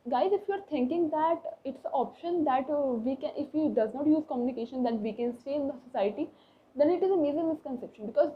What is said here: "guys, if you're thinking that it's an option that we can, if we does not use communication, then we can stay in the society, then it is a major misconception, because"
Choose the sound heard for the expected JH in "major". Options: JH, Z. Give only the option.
Z